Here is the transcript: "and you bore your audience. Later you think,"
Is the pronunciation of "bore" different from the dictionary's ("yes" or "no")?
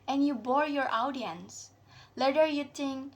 no